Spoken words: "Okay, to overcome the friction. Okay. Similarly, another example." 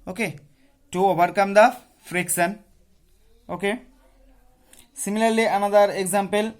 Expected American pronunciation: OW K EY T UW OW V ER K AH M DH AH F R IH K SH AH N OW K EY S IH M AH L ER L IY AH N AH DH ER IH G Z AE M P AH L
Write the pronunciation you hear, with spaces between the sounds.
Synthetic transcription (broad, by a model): OW K EY T UW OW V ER K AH M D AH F R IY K S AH N OW K EY S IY M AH L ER L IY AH N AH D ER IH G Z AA M P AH L